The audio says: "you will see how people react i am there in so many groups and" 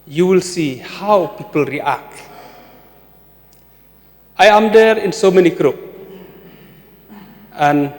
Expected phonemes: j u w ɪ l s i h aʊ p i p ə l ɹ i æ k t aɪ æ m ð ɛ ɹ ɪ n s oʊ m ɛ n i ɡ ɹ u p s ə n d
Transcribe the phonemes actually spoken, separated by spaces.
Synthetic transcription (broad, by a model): j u w ɪ l s i h aʊ p i p ə l ɹ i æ k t aɪ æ m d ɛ ɹ ɪ n s oʊ m ɛ n i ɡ ɹ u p ə n